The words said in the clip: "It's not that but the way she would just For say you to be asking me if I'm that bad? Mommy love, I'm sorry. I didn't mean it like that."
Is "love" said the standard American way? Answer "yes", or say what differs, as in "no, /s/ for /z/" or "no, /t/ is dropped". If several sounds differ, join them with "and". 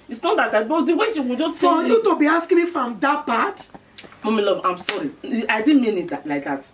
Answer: no, /b/ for /v/